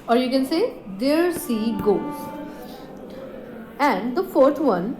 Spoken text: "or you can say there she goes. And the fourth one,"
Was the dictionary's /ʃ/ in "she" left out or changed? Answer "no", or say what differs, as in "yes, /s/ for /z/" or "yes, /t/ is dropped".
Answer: yes, /s/ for /ʃ/